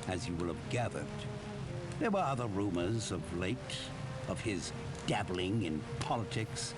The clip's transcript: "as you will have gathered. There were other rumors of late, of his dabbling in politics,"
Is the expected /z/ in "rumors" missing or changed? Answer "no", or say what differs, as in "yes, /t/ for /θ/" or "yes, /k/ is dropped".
no